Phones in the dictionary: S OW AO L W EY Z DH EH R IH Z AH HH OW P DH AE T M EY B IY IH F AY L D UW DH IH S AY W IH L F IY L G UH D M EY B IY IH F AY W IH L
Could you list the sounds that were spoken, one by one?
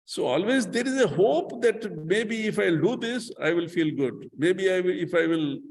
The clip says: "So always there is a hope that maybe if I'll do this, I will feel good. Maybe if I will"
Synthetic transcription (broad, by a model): S OW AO L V EY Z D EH R IH Z AH HH OW P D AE T M EY B IY IH F AY L D UW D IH S AY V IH L F IY L G UH D M EY B IY IH F AY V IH L